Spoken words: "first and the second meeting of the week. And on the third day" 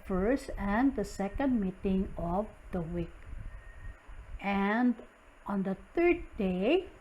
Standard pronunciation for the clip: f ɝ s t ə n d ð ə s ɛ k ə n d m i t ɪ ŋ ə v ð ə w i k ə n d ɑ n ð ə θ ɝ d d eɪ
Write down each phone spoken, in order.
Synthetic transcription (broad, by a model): f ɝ s t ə n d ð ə s ɛ k ə n d m i t ɪ ŋ ə v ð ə w i k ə n d ɑ n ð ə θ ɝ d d eɪ